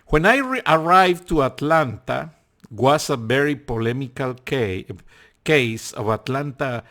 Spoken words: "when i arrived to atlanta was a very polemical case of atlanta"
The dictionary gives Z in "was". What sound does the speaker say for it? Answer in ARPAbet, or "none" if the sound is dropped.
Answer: S